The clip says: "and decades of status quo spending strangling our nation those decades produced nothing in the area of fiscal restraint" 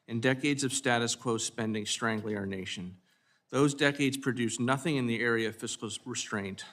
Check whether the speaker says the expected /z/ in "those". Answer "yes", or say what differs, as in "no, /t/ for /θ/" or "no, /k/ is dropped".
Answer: yes